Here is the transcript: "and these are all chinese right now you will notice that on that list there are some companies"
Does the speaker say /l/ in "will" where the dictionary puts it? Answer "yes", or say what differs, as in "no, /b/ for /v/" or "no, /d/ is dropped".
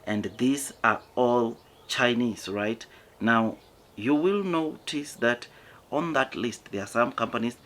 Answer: yes